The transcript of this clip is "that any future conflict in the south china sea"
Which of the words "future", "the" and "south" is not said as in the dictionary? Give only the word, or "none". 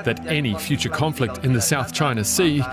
none